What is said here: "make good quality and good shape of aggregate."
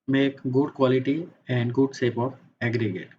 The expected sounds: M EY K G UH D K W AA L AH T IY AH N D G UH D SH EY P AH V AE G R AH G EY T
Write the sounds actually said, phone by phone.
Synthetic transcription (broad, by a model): M EY K G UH D K W AA L AH T IY AH N D G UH D S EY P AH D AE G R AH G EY T